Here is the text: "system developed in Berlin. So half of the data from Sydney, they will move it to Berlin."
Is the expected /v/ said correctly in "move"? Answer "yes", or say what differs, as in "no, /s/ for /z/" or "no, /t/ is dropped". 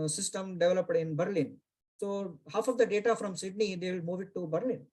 yes